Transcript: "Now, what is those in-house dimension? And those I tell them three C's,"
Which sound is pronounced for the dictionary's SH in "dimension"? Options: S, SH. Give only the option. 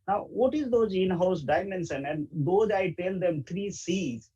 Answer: S